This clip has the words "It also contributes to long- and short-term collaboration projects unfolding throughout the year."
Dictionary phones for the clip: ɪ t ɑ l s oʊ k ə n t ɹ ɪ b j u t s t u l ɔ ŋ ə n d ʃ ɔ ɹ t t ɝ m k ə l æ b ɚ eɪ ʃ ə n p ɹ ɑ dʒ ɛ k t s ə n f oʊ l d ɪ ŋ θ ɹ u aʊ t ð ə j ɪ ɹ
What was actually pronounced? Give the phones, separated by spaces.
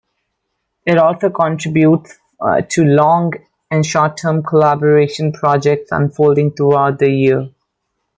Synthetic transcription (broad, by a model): ɪ t ɑ l s oʊ k ə n t ɹ ɪ b j u t s t u l ɔ ŋ ə n d ʃ ɔ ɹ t t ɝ m k ə l æ b ɚ eɪ ʃ ə n p ɹ ɑ dʒ ɛ k t s ə n f oʊ l d ɪ ŋ t ɹ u aʊ t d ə j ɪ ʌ